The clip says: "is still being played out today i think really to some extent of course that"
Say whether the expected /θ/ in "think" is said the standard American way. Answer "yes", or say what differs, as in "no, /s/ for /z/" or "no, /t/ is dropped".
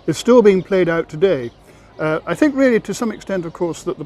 yes